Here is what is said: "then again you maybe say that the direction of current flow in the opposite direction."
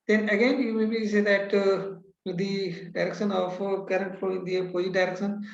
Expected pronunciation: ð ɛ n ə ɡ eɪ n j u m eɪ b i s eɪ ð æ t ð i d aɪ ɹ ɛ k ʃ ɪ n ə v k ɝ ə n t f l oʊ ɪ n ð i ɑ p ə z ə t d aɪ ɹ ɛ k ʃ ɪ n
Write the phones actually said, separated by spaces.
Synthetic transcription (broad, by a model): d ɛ n ə ɡ eɪ n j u m eɪ b i s eɪ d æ t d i d aɪ ɹ ɛ k ʃ ɪ n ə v k ɝ ə n t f oʊ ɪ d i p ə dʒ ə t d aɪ ɹ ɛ k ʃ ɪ n